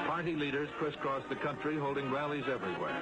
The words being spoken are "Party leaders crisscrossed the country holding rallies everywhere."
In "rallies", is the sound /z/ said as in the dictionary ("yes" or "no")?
yes